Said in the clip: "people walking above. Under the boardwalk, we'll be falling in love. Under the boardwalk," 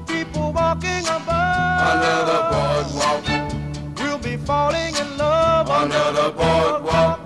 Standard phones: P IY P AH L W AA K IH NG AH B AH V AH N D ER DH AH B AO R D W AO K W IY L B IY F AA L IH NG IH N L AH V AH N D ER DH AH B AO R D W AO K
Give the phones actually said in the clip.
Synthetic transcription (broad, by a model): P IY P L W AA K IH NG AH B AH AH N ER DH AH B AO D W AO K W IY L B IY F AA L IH NG IH N L AH V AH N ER DH AH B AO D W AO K